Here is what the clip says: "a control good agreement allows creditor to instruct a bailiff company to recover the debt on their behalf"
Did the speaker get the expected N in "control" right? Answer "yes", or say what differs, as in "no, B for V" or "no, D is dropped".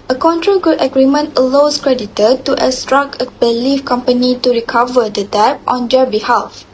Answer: yes